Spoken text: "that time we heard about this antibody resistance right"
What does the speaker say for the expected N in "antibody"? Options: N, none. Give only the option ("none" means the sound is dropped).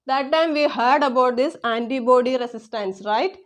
N